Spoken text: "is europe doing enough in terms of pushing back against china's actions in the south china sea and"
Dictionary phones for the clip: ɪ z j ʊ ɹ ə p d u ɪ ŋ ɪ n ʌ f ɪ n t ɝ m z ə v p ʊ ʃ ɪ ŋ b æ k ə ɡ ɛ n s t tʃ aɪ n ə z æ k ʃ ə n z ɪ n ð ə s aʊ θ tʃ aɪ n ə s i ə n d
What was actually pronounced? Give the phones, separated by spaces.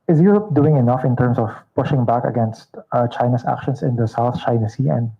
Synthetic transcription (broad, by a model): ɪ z j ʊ ɹ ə p d u ɪ ŋ ɪ n ʌ f ɪ n t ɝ m s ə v p ʊ ʃ ɪ ŋ b æ k ə ɡ ɛ n s t tʃ aɪ n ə s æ k ʃ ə n s ɪ n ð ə s aʊ θ tʃ aɪ n ə s i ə n d